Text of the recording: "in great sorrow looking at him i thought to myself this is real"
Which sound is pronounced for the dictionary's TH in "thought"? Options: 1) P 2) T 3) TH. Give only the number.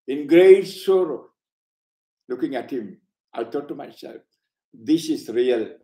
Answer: 2